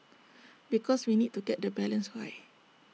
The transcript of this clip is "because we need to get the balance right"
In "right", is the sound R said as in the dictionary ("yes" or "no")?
no